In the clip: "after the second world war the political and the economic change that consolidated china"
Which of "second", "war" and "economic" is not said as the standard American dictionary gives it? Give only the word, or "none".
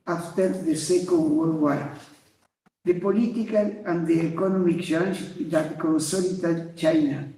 war